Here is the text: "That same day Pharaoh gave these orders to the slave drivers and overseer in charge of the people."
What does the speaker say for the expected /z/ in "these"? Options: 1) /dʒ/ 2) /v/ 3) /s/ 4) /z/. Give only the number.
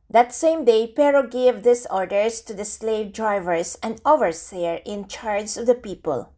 3